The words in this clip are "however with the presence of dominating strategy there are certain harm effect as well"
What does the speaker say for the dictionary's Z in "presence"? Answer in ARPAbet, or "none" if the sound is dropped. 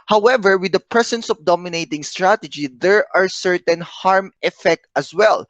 S